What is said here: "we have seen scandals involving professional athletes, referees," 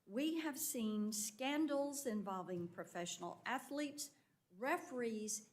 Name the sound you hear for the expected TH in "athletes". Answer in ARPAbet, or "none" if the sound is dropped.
TH